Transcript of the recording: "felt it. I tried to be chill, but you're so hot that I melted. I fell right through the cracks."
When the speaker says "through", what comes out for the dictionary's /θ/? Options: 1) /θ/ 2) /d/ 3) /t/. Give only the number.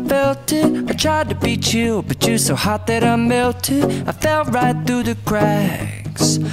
1